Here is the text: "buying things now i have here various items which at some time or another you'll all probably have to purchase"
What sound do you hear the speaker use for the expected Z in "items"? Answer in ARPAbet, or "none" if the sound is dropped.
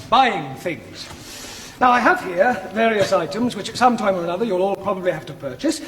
Z